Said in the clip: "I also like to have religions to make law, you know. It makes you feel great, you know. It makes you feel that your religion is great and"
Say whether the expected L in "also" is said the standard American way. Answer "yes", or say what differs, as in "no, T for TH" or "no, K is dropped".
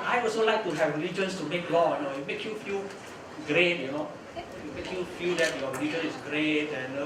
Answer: no, L is dropped